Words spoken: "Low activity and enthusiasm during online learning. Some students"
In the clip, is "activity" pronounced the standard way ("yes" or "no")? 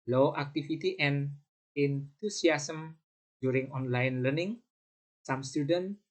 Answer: no